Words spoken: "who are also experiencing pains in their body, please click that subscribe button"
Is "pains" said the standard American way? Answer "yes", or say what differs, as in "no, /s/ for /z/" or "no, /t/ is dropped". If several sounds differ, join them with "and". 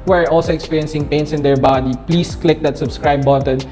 no, /s/ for /z/